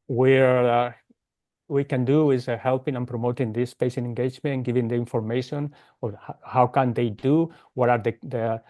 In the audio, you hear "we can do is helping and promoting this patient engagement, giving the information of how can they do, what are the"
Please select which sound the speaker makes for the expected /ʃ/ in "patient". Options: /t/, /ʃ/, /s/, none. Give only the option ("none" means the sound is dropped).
/s/